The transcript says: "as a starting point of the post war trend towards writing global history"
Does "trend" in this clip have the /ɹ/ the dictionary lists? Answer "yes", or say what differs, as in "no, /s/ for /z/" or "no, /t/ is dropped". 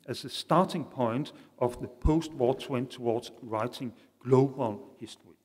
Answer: no, /w/ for /ɹ/